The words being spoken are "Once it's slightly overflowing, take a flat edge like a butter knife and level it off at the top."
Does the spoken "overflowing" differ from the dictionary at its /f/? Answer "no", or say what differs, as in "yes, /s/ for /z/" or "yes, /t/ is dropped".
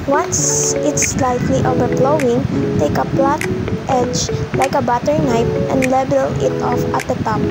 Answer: yes, /p/ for /f/